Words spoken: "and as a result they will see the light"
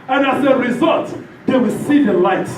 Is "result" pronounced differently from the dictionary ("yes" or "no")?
no